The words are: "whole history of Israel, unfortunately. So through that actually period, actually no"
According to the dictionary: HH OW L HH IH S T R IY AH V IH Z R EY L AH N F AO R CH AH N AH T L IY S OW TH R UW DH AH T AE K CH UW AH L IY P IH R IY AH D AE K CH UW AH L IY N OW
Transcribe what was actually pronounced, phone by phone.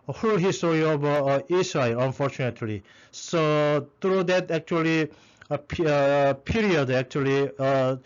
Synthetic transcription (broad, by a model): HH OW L HH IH S T R IY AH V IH S R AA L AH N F AO R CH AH N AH T L IY S OW T R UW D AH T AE K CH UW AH L IY P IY R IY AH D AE K CH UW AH L IY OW